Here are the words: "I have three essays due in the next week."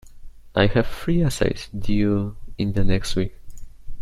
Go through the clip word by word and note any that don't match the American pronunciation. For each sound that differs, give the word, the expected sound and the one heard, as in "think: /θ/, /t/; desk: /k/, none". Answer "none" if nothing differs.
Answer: three: /θ/, /f/